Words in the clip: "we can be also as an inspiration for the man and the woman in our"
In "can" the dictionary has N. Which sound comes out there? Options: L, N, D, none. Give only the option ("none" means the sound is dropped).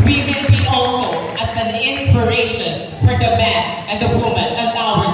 L